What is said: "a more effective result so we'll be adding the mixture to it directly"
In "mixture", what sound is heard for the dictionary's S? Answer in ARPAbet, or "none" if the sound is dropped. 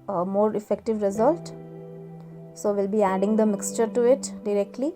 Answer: S